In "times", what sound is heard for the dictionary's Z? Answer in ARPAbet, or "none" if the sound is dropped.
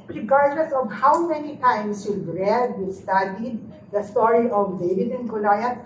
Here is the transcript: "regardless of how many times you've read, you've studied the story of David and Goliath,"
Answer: S